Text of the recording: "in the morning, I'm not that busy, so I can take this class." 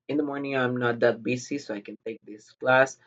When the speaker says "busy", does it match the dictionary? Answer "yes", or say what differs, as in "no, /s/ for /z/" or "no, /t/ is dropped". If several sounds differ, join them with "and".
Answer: no, /s/ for /z/